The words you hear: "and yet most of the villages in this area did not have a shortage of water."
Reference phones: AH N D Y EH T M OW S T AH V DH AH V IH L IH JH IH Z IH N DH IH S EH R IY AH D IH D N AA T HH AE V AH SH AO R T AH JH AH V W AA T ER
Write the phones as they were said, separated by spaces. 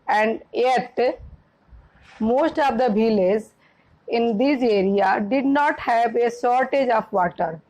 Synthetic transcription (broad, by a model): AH N D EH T M OW S T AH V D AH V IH L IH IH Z IH N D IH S EH R IY AH D IH D N AA T HH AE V AH S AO R T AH JH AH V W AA T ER